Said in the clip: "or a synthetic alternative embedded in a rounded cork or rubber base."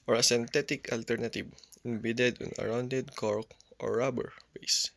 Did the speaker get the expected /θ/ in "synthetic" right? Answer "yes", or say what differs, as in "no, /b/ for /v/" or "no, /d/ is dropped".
no, /t/ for /θ/